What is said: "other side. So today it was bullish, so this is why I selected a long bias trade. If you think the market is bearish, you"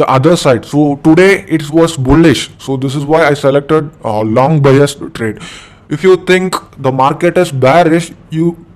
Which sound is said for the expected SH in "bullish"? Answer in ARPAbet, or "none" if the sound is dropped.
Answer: SH